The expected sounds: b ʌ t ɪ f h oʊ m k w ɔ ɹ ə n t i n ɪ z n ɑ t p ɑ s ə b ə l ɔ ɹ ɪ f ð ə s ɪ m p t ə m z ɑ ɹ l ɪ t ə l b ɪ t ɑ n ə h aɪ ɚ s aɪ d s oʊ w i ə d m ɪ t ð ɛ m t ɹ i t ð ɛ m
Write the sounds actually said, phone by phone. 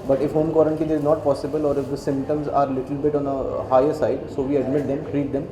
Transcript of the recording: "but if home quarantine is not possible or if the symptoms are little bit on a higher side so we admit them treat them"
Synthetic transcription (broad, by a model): b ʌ t ɪ f h oʊ m k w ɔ ɹ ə n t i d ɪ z n ɑ t p ɑ s ə b ə l ɔ ɹ ɪ f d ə s ɪ m p t ə m z ɑ ɹ l ɪ t ə l b ɪ t ɑ n ə h aɪ ɚ s aɪ d s oʊ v i ə d m ɪ t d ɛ m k ɹ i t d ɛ m